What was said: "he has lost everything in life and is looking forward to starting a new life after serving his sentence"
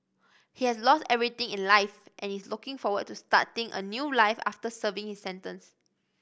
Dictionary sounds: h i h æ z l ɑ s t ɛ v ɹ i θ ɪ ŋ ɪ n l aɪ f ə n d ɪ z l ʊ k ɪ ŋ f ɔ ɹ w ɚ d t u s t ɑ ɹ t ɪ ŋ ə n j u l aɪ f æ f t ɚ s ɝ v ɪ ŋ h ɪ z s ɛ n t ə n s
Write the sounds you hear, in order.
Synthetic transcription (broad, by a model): h i h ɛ s l ɑ s t ɛ v ɹ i t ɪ ŋ ɪ n l aɪ f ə n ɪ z l ʊ k ɪ ŋ f ɔ w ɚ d t u s t ɑ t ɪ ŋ ə n j u l aɪ f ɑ f t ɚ s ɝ v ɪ ŋ h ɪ s ɛ n t ə n s